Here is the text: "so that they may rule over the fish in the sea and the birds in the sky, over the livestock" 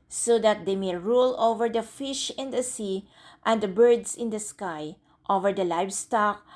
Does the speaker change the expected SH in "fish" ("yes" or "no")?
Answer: no